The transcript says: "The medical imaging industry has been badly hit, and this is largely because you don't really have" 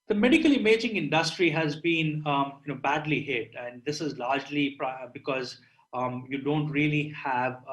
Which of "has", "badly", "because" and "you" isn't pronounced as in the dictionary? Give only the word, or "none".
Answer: none